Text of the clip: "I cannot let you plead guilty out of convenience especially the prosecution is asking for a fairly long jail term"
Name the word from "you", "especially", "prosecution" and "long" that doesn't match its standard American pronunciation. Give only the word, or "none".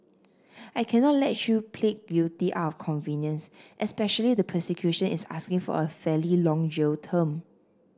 prosecution